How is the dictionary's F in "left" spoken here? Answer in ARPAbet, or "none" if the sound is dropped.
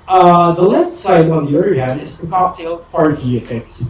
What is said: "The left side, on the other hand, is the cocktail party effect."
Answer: F